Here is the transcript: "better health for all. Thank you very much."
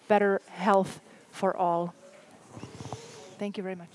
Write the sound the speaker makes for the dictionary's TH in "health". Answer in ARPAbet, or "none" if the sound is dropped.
TH